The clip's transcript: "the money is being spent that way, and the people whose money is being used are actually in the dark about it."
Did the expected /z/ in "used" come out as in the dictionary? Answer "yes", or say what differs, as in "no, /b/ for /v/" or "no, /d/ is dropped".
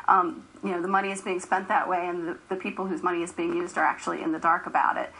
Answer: yes